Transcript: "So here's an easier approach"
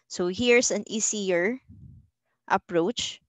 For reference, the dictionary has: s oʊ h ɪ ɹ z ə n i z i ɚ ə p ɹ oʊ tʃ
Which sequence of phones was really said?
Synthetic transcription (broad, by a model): s oʊ h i ɹ s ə n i s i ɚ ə p ɹ oʊ tʃ